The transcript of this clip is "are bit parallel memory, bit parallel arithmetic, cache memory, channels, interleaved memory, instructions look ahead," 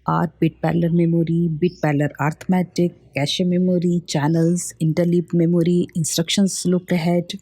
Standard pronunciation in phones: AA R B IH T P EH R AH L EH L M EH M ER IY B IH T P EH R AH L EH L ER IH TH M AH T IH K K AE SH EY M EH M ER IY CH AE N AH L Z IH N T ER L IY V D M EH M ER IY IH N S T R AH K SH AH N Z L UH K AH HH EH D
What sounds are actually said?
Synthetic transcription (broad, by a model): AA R B IH T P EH L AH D M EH M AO IY B IH T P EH L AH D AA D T M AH T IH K K AE SH EY M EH M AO IY CH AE N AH L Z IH N T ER L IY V M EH M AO IY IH N S T R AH K SH AH N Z L UH K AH HH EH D